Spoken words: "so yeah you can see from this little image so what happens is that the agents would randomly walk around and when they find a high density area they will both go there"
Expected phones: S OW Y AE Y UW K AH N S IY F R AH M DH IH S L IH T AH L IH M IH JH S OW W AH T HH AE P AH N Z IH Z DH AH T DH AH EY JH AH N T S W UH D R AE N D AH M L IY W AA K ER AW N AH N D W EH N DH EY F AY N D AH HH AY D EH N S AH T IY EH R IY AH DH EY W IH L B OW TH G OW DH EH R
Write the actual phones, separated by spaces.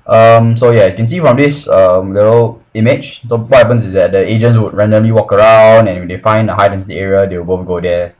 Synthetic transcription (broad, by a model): S OW Y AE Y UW K AH N S IY F R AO M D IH S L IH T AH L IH M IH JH S OW W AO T HH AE P AH N S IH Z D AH T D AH EY JH AH N T S W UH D R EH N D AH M L IY W AA K ER AW N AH N W EH N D EY F AY N D AH HH AY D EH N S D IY EH R IY AH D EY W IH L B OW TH G OW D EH